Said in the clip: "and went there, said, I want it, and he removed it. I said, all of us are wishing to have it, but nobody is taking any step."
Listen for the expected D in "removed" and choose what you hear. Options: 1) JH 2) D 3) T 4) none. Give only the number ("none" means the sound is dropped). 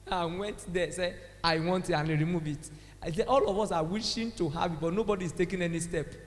4